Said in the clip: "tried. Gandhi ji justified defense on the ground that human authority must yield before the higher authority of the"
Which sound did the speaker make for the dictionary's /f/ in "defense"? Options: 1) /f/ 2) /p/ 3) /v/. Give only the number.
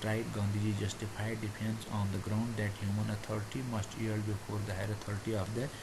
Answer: 2